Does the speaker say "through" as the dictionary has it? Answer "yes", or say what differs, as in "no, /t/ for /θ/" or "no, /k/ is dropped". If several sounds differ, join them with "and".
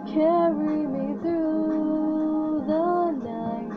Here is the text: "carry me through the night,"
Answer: yes